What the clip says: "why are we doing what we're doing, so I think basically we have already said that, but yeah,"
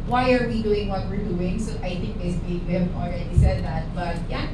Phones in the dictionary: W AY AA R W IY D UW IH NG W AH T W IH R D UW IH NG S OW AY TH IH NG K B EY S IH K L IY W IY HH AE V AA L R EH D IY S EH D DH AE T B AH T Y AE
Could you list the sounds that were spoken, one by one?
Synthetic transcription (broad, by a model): W AY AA R W IY D UW IH NG W AH T W IH R D UW IH NG S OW AY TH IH NG K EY IH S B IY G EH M AA L R EH D IY S EH D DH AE T B AH T Y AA